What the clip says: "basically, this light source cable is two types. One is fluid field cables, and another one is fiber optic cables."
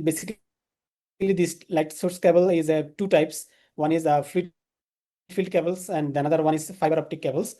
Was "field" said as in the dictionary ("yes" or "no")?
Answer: yes